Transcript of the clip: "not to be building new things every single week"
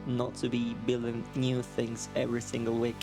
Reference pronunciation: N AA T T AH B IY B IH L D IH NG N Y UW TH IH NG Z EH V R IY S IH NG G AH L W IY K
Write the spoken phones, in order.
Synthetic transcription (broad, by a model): N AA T T AH B IY B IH L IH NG N Y UW TH IH NG Z EH V R IY S IH NG G AH L W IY K